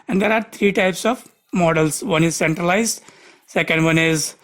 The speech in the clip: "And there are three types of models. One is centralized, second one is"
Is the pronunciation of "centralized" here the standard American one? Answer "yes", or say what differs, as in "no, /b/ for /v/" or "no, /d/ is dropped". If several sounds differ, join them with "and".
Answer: yes